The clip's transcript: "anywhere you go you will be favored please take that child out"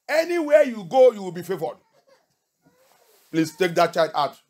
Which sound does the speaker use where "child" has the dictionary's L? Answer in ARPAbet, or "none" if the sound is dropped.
none